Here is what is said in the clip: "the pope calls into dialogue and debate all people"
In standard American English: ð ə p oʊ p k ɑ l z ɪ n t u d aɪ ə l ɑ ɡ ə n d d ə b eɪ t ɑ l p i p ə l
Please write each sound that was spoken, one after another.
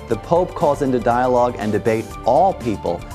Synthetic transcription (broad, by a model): ð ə p oʊ p k ɑ l z ɪ n t u d aɪ ə l ɑ ɡ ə n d d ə b eɪ t ɑ l p i p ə l